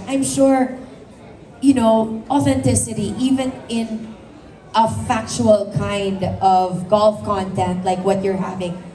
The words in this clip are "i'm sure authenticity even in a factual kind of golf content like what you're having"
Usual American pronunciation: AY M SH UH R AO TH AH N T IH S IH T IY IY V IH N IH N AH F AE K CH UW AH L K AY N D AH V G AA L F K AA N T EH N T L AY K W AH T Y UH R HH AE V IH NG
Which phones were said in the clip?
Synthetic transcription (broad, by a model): AY M SH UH R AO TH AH N T IH S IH T IY IY V IH N IH N AH F AE K CH UW AH L K AY N D AH V G AA L F K AA N T EH N T L AY K W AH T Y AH R HH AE V IH NG